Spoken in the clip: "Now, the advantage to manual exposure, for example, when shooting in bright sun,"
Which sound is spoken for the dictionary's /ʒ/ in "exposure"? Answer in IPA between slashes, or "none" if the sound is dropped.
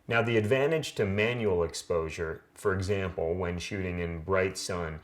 /ʒ/